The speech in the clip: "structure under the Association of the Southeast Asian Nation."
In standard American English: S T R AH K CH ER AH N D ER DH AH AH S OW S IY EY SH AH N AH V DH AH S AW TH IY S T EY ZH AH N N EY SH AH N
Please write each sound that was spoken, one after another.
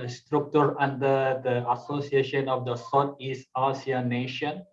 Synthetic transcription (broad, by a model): S T R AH K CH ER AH N D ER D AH AH S OW S IY EY SH AH N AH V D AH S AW T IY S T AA S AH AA N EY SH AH N